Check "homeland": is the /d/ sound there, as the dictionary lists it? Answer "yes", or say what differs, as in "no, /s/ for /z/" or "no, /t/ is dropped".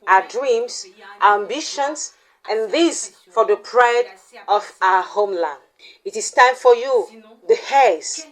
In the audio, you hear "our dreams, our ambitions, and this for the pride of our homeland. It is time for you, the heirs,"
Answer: no, /d/ is dropped